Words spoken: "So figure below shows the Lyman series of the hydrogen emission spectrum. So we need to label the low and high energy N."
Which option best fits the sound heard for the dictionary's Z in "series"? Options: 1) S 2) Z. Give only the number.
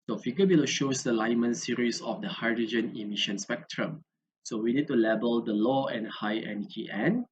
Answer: 1